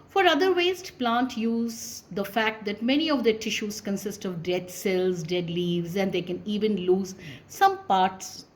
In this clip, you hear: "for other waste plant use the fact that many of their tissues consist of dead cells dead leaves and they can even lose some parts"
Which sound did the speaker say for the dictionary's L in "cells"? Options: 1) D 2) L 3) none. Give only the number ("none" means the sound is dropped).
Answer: 2